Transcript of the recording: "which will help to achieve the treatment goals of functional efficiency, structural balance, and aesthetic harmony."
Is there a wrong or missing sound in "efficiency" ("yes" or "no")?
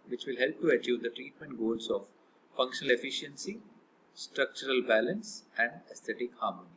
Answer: no